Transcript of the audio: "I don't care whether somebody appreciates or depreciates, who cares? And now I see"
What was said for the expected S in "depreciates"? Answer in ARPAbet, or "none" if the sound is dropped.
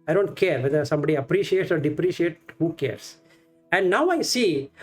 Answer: none